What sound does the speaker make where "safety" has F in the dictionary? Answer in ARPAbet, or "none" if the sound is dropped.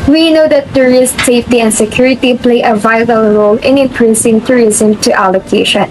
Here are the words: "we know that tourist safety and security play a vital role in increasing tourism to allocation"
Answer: F